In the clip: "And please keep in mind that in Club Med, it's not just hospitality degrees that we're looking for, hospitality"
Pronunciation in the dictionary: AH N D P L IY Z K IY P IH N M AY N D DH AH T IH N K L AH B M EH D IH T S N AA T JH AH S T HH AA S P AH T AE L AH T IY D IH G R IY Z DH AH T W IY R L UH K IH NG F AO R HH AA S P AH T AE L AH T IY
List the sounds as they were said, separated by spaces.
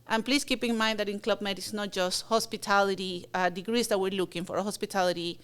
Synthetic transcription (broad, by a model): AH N P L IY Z K IY P IH N M AY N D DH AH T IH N K L AH B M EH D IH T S N AA T JH AH S T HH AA S P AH T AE L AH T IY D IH G R IY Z DH AH T W IY R L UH K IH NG F AO R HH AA S P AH T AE L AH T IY